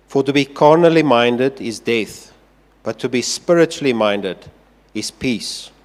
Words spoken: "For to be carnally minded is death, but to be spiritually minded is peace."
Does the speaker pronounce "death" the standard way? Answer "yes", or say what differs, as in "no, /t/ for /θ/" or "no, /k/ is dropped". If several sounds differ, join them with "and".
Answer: yes